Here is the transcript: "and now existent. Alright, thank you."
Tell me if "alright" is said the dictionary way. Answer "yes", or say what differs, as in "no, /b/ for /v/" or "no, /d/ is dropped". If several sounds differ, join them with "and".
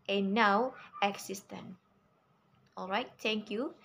yes